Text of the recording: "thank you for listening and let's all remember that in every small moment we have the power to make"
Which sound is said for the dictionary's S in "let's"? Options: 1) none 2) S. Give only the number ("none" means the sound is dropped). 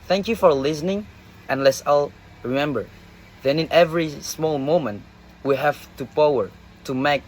2